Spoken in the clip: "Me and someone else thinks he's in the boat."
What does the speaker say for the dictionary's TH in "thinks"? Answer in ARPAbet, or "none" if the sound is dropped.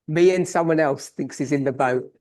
TH